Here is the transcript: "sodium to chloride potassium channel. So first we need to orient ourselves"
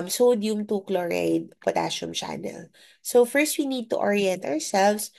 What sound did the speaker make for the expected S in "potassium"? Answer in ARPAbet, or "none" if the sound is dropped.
SH